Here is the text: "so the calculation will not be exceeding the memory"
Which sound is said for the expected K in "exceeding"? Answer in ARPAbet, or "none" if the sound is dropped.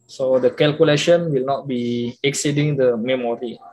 K